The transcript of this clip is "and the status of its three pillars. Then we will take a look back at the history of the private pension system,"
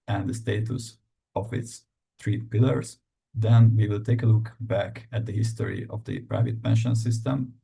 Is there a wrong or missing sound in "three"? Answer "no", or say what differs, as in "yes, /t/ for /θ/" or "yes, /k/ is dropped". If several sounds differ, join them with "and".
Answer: yes, /t/ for /θ/